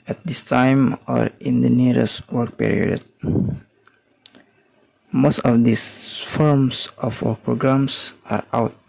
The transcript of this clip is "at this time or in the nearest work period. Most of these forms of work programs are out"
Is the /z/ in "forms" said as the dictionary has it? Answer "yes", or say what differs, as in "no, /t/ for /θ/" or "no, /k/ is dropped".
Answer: no, /s/ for /z/